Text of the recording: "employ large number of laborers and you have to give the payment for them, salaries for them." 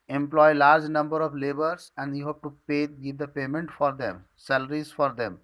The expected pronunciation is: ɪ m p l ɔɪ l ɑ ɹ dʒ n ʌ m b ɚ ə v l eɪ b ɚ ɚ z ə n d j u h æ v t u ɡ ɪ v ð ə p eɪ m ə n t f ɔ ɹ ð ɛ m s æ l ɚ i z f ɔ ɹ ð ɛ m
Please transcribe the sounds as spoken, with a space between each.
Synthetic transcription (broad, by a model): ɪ m p l ɔɪ l ɑ ɹ dʒ n ʌ m b ɚ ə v l eɪ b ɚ ɚ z ə n d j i h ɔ p t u ɡ ɪ v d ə p eɪ m ə n t f ɔ ɹ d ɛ m s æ l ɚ i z f ɔ ɹ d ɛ m